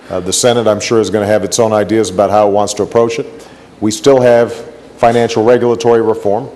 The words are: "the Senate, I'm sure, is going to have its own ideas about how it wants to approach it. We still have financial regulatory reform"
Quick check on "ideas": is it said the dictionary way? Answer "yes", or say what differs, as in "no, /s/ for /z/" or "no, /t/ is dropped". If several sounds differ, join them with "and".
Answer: yes